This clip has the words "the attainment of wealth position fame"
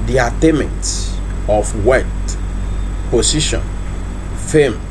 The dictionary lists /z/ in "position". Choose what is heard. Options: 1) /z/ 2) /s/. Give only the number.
2